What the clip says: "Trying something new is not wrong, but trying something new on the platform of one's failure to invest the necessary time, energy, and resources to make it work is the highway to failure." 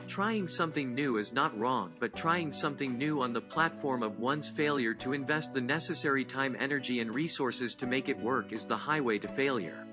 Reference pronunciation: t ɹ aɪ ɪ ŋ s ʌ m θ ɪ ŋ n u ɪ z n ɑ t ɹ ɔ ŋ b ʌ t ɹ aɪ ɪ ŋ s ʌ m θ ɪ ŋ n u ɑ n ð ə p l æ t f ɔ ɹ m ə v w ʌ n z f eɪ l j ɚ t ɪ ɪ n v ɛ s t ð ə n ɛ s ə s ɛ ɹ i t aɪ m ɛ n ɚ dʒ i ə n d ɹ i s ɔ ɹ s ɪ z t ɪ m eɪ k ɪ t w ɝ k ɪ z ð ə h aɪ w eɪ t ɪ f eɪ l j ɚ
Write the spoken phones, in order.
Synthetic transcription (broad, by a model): t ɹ aɪ ɪ ŋ s ʌ m θ ɪ ŋ n u ɪ z n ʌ t ɹ ɔ ŋ b ʌ t ɹ aɪ ɪ ŋ s ʌ m θ ɪ ŋ n u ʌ n ð ə p l æ t f ɔ ɹ m ə v w ʌ n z f eɪ l j ɚ t ɪ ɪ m v ɛ s t ð ə n ɛ s ə s ɛ ɹ i t aɪ m ɛ n ɚ dʒ i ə n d ɹ i s ɔ ɹ s ɪ z t ɪ m eɪ k ɪ t w ɝ k ɪ z ð ə h aɪ w eɪ t ɪ f eɪ l j ɚ